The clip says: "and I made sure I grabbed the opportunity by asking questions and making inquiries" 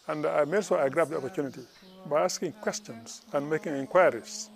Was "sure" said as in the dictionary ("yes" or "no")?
no